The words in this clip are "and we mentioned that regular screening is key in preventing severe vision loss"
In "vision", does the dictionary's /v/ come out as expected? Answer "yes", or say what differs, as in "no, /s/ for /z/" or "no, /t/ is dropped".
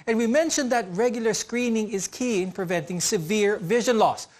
yes